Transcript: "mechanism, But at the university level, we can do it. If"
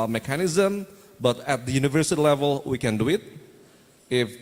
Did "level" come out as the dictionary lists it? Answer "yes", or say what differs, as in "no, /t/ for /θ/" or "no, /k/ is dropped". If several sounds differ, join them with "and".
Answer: yes